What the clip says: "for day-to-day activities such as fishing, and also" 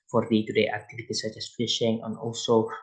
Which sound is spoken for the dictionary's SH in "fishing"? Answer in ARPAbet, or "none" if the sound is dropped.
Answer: SH